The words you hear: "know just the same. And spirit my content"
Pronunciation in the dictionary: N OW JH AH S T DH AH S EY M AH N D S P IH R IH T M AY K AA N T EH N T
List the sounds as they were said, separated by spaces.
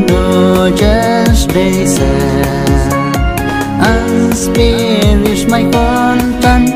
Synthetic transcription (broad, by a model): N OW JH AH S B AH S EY AH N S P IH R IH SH M AY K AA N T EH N